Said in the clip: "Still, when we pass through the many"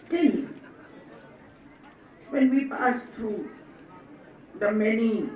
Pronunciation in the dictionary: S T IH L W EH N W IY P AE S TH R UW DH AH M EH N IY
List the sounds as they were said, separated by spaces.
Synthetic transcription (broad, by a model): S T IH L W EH N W IY P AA S T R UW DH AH M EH N IY